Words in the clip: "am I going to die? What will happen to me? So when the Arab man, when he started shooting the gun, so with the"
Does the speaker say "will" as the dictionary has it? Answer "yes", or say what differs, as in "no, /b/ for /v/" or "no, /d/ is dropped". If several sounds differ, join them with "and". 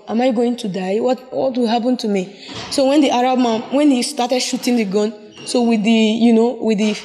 no, /w/ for /l/